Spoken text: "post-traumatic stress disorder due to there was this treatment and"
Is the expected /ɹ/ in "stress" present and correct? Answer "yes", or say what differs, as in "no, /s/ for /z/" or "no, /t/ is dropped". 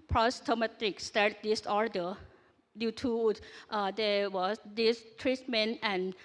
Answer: no, /ɹ/ is dropped